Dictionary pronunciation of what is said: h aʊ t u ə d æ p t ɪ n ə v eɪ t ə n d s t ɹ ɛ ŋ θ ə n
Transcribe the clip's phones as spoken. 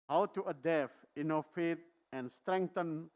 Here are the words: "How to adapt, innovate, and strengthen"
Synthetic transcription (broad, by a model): h aʊ t u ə d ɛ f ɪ n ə f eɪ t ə n s t ɹ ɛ ŋ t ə n